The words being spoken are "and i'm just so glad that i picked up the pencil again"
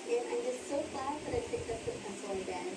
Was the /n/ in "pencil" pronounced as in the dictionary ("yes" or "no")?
no